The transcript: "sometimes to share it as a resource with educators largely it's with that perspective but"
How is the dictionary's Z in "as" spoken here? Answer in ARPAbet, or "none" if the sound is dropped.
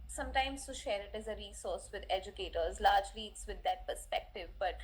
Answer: Z